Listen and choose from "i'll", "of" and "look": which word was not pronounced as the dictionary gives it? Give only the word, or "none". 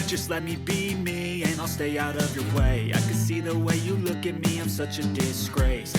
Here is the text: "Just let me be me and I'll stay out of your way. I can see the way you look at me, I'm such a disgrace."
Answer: none